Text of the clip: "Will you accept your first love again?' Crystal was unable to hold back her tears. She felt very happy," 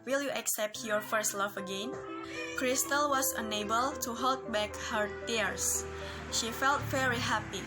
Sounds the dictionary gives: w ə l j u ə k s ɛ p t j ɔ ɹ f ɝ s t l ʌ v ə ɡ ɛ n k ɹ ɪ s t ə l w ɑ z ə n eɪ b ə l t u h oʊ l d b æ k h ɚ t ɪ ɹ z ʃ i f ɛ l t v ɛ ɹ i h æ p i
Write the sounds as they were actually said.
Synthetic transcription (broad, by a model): w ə l j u ə k s ɛ p t j ɔ ɹ f ɝ s t l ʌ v ə ɡ ɛ n k ɹ ɪ s t ə l w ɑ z ə n eɪ b ə l t u h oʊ l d b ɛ k h ɚ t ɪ ɹ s ʃ i f ɛ l t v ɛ ɹ i h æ p i